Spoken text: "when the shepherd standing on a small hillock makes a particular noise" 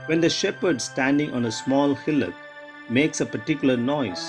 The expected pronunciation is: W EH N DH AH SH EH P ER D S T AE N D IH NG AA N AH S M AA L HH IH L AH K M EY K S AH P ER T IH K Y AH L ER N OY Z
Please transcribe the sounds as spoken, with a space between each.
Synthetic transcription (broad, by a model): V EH N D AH SH EH P ER D S T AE N D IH NG AA N AH S M AA L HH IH L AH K M EY K S AH P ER T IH K Y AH L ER N OY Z